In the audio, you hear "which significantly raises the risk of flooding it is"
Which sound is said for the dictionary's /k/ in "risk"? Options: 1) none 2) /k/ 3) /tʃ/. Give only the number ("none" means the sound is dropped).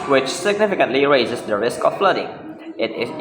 2